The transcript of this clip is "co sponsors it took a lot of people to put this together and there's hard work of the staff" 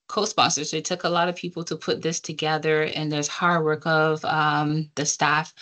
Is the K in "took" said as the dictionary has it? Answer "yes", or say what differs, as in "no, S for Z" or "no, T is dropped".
yes